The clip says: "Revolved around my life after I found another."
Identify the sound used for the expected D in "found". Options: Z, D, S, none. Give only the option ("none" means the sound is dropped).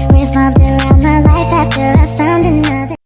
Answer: D